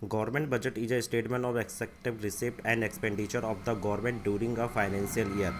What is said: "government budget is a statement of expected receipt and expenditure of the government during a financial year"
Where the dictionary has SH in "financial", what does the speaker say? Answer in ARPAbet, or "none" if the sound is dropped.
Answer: S